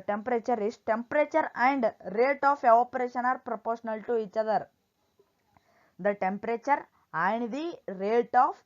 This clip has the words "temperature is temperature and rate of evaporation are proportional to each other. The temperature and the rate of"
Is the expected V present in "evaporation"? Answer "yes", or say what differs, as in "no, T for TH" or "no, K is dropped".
no, V is dropped